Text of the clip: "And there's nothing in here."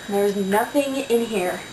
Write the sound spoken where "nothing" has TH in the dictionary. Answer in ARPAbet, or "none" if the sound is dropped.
TH